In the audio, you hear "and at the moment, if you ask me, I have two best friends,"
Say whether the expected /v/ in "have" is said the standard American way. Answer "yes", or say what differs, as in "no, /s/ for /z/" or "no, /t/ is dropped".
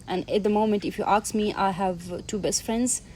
yes